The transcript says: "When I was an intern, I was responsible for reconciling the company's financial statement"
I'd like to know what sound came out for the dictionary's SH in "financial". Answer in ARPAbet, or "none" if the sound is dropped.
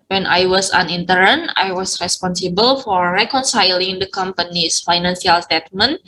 S